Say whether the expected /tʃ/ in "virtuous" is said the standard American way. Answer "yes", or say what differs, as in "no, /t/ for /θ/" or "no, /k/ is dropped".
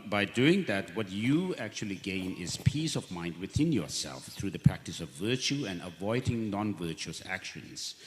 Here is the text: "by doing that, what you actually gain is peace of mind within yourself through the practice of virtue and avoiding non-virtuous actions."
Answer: yes